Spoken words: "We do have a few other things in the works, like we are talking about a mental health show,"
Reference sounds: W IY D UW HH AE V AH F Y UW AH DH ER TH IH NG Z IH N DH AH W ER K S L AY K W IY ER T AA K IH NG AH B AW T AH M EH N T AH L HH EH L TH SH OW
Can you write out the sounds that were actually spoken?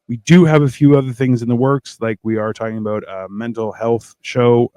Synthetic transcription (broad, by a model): W IY D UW V AH F Y UW AH DH ER TH IH NG Z IH N DH AH W ER K S L AY K W IY ER T AA K IH NG AH B AW T AH M EH N T L HH EH L TH SH OW